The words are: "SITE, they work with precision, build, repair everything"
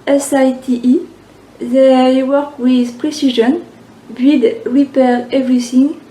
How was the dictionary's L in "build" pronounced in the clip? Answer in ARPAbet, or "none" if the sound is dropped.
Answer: none